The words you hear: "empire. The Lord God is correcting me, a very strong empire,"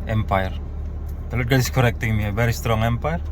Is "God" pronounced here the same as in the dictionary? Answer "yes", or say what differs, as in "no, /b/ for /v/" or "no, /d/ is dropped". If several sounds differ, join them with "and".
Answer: no, /d/ is dropped